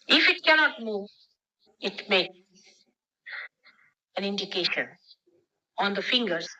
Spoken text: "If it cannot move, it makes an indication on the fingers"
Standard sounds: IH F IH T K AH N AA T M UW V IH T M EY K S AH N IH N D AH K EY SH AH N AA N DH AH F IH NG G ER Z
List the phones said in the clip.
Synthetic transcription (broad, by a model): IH F IH T K AH N AA T M UW V IH T M EY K AH N IH N D AH K EY SH AH N AA N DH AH F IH NG G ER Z